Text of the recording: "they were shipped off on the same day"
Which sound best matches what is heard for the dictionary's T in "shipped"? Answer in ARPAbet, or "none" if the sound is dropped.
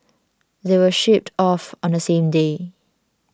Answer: T